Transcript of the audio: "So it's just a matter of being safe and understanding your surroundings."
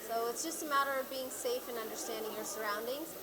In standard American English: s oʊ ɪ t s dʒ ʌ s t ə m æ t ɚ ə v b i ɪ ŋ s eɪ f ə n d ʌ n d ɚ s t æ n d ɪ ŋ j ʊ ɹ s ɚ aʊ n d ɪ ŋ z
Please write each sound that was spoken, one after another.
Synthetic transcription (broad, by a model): s oʊ ɪ t s dʒ ʌ s t ə m æ t ɚ ə v b i ɪ ŋ s eɪ f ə n ʌ n d ɚ s t æ n d ɪ ŋ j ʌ ɹ s ɚ aʊ n d ɪ ŋ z